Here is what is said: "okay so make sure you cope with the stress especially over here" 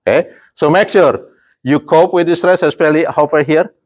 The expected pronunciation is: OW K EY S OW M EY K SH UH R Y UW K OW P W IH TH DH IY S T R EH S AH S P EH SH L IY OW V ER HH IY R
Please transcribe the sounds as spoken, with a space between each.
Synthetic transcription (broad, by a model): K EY S OW M EY K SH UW R Y UW K OW P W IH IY S T R EH S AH S P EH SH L IY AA F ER HH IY R